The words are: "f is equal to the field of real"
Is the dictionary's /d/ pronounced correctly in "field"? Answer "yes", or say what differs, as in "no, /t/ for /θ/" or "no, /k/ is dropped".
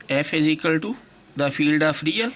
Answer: yes